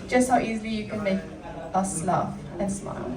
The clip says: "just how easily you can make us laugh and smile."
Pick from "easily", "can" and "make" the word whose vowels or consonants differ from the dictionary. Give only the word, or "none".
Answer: none